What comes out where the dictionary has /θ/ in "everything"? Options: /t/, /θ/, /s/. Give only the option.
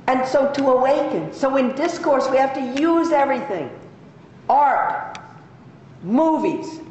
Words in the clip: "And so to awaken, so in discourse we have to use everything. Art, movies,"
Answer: /θ/